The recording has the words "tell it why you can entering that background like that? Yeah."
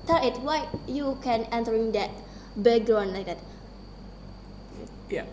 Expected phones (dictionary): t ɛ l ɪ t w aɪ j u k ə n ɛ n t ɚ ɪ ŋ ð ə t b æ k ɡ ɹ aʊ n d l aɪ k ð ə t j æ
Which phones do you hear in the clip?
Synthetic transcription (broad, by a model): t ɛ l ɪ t w aɪ j u k ə n ɛ n t ɚ ɪ ŋ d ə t b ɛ ɡ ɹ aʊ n l aɪ k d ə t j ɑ